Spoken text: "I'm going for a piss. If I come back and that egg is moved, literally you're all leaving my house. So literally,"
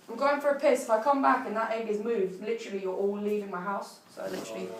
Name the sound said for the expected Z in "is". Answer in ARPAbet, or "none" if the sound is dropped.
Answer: Z